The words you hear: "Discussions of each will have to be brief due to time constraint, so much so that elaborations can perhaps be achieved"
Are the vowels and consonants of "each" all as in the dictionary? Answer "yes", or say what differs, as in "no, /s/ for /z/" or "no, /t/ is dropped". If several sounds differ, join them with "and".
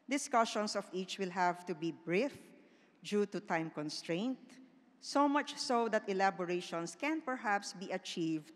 yes